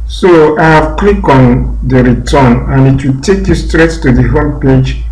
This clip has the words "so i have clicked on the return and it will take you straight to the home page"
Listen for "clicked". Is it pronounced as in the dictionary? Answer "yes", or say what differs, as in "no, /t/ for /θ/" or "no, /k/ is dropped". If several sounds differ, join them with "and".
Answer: no, /t/ is dropped